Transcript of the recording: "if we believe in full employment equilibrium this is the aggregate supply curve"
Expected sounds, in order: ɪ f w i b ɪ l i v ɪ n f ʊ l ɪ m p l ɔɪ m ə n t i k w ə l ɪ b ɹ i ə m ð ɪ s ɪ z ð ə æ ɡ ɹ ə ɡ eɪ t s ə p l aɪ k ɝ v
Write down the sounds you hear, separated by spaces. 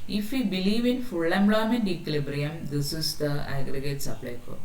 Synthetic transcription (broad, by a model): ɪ f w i b ɪ l i v ɪ n f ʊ l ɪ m b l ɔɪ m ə n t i k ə l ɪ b ɹ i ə m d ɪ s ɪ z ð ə æ ɡ ɹ ə ɡ eɪ t s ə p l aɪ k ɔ